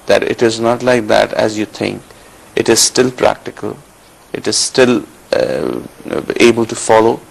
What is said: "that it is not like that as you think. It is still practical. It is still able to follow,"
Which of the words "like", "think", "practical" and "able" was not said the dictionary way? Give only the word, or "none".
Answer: think